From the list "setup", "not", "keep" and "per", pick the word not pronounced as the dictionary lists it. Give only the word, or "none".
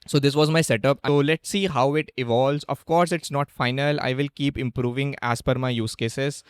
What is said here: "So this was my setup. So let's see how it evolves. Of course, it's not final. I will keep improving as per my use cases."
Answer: per